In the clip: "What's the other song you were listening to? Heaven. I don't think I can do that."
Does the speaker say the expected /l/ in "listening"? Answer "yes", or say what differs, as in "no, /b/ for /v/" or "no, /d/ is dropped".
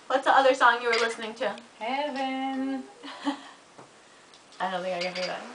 yes